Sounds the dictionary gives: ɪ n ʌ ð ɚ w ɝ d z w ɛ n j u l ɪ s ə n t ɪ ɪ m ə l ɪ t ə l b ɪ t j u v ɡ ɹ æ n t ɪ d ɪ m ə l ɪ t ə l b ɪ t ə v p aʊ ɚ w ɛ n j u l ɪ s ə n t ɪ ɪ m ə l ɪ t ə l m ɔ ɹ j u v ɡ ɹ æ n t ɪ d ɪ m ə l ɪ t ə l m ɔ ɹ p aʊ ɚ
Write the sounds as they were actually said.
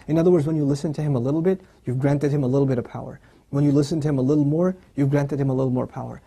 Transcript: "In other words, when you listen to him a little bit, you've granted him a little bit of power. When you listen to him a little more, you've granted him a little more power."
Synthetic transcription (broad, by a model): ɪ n ʌ ð ɚ w ɝ d z w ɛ n j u l ɪ s ə n t ɪ ɪ m ə l ɪ t l b ɪ t j u v ɡ ɹ æ n t ɪ d ɪ m ə l ɪ t l b ɪ t ə v p aʊ ɚ w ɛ n j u l ɪ s ə n t ɪ ɪ m ə l ɪ t l m ɔ ɹ j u v ɡ ɹ æ n t ɪ d ɪ m ə l ɪ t l m ɔ ɹ p aʊ ɚ